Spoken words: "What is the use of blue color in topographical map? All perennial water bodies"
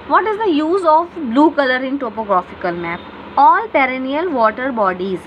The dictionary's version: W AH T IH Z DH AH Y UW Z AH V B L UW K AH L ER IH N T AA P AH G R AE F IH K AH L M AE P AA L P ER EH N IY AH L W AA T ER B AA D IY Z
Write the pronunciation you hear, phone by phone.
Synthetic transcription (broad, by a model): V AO T IH Z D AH Y UW Z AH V B L UW K AH L ER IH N T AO P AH G R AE F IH K AH L M AE P AA L P ER EH N IY AH L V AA T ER B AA D IY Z